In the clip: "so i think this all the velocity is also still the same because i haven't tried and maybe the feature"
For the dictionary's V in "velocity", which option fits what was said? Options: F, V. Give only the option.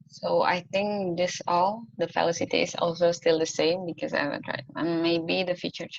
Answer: F